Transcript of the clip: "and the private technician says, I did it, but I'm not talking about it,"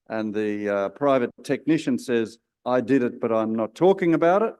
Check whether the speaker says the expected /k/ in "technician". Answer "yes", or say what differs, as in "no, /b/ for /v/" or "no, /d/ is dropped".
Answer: yes